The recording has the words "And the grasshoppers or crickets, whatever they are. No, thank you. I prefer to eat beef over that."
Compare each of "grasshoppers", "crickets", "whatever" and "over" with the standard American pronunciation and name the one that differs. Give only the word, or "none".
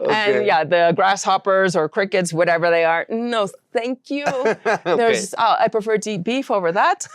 none